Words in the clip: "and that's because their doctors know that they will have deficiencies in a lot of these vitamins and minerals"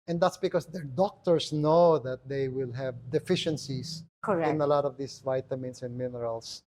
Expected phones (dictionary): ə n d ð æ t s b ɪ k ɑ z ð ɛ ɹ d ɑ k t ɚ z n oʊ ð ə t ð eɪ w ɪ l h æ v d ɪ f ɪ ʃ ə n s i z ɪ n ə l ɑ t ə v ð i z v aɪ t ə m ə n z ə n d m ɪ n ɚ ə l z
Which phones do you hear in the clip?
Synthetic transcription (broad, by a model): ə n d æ t s b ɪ k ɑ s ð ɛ ɹ d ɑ k t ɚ s n oʊ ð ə t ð eɪ w ɪ l h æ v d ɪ f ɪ ʃ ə n s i s ɪ n ə l ɑ t ə v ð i s v aɪ t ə m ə n s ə n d m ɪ n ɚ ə l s